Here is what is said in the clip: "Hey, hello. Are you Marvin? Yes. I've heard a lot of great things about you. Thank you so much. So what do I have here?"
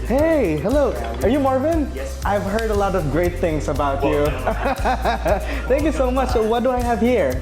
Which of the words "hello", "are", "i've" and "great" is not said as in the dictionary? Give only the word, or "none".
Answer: none